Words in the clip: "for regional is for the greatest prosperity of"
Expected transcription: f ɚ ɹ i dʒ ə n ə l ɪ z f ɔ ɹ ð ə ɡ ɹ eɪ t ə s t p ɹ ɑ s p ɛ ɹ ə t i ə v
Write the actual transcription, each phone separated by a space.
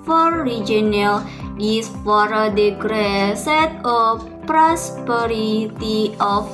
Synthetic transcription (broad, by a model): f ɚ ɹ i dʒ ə n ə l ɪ s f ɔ ɹ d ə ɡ ɹ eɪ s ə t p ɹ ɑ s p ɛ ɹ ə t i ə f